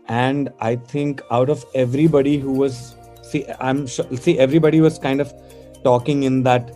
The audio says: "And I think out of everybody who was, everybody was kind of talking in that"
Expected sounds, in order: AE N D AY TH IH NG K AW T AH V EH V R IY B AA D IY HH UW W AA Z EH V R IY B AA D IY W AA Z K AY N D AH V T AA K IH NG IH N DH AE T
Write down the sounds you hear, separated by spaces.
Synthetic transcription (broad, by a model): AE N D AY T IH NG K AW T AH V EH V R IY B AA D IY HH UW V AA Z EH V R IY B AA D IY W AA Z K AY N D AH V T AA K IH NG IH N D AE T